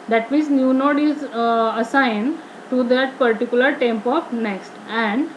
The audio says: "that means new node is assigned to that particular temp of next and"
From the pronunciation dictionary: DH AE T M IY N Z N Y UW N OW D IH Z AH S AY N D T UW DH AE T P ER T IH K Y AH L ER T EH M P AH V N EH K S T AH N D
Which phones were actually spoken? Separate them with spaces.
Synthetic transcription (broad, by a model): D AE T M IY N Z N Y UW N OW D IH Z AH S AY N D T UW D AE T P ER T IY K Y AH L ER T EH M P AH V N EH K S T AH N D